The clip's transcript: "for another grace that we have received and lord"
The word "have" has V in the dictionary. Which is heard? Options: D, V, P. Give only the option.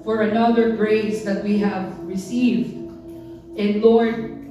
V